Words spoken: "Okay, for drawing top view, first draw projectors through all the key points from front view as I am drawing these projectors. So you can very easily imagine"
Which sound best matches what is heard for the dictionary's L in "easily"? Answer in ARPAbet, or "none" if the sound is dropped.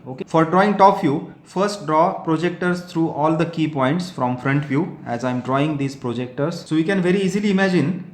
L